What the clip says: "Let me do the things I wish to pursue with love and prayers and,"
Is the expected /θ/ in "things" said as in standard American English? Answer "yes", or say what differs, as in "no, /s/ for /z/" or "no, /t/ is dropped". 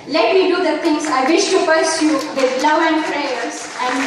no, /t/ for /θ/